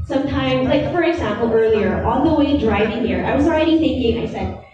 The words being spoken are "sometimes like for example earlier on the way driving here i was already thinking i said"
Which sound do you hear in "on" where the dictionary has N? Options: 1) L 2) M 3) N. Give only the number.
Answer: 1